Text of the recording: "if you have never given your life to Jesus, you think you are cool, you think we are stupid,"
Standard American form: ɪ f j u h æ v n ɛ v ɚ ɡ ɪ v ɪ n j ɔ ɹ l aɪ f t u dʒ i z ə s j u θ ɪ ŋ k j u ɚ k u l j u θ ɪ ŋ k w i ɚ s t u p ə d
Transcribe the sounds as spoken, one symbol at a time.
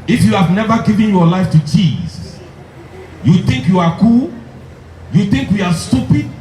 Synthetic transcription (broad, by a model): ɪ f j u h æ v n ɛ v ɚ ɡ ɪ v ɪ n j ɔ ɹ l aɪ f t u tʃ i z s j u θ ɪ ŋ k j u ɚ k u l j u θ ɪ ŋ k w i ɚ s t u p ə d